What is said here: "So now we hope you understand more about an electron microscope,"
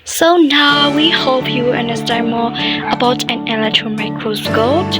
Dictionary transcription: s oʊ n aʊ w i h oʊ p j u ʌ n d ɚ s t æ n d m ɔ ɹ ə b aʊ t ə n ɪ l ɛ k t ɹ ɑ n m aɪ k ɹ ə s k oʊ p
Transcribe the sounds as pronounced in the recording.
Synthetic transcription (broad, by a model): s oʊ n aʊ w i h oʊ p j u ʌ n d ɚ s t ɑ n m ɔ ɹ ə b aʊ t ə n ɪ l ɛ k t ɹ ɑ n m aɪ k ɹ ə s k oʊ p